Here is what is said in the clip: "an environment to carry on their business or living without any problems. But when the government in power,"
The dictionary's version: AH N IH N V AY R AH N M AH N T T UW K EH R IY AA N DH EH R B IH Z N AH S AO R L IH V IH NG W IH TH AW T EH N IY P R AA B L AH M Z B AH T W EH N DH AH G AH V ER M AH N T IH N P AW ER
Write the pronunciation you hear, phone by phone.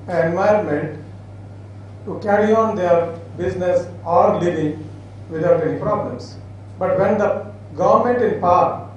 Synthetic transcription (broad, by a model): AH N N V AY AH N M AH N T T UW K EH R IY AA N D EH R B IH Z N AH S AO R L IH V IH NG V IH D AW T EH N IY P R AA B L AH M S B AH T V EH N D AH G AH V ER M AH N T IH N P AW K